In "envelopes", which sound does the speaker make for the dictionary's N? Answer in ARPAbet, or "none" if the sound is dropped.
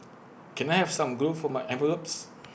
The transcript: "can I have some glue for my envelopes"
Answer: none